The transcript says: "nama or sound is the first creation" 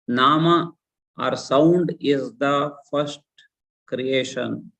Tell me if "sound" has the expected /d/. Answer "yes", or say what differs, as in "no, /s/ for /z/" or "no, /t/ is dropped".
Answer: yes